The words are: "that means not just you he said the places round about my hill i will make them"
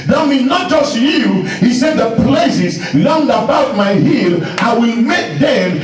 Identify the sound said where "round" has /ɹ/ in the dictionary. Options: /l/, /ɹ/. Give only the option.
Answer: /l/